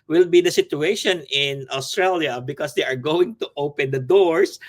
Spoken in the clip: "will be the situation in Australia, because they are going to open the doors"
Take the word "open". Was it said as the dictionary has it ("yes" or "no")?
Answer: yes